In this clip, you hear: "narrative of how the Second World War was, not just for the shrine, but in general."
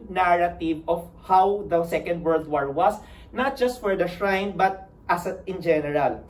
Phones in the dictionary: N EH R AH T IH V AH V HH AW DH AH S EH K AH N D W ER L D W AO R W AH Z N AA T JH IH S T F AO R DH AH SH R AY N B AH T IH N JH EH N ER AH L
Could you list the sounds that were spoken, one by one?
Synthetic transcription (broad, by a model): N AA R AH T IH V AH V HH AW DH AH S EH K AH N D W ER L D W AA R W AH S N AA T JH IH S T F AO R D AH SH R AY N B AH T IH N JH EH N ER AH L